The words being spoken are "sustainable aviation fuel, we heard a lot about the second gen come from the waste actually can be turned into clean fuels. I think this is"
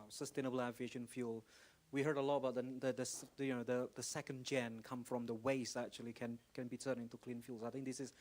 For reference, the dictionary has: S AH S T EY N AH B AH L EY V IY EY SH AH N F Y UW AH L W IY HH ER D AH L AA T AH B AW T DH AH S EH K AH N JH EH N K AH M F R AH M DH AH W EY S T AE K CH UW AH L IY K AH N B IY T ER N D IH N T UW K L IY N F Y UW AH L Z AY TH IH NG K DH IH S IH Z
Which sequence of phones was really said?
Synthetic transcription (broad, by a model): S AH S T EY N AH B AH L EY V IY EY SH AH N F Y UW L W IY HH ER D AH L AA T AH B AW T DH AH S EH K AH N JH EH N K AH M F R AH M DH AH W EY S AE K CH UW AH L IY K AH N B IY T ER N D IH N T UW K L IY N F Y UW L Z AY TH IH NG K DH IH S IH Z